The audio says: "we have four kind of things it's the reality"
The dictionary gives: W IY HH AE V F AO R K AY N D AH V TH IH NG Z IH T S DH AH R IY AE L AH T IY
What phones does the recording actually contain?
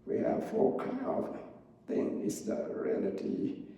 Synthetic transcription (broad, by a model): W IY HH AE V F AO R K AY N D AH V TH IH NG IH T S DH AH R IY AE L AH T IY